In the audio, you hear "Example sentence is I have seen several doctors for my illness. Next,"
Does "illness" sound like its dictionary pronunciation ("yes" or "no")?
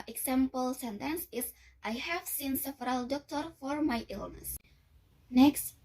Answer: yes